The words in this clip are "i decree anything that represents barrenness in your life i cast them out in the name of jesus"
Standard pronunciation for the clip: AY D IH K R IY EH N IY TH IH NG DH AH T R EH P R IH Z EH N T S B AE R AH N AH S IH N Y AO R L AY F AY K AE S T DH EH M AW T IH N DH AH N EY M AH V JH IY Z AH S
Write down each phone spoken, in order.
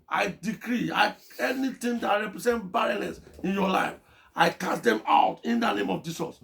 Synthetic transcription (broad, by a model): AY D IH K R IY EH N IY T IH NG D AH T R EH P R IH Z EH N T B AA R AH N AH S IH N Y AO L AY F AY K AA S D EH M AW T IH N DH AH N EY M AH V JH IY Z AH S